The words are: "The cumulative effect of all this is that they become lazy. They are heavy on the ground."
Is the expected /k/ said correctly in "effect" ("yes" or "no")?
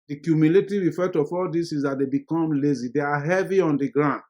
no